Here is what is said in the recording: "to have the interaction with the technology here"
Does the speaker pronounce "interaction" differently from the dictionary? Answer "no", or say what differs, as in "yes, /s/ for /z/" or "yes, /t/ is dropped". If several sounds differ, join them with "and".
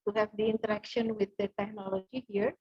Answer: no